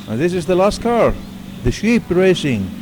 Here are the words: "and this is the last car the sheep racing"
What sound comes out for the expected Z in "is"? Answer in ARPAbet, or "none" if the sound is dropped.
Z